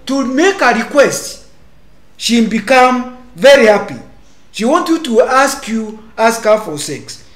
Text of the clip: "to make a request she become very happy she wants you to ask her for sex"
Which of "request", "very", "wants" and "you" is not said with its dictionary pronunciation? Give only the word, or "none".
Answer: wants